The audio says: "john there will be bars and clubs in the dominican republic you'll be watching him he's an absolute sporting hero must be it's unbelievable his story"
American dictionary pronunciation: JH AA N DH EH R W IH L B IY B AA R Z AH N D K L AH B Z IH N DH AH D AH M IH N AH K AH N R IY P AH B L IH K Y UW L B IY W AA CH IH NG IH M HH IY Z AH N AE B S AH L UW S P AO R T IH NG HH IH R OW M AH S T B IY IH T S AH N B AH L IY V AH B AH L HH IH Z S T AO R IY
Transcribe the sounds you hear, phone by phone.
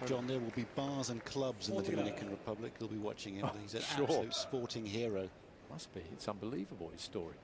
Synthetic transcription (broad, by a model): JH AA N DH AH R W IH L B IY B AA Z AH N K L AH B Z IH N DH AH D AH M IH N AH K AH N R IY P AH B L IH K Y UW L B IY W AA CH IH NG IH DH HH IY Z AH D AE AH UH S P AO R T IH NG HH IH R OW M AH S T B IY IH T S AH N B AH L IY V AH B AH L HH IH Z S T AO R IY